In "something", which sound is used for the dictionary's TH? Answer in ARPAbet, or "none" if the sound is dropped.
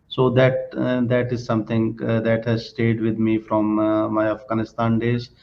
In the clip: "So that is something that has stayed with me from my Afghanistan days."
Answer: T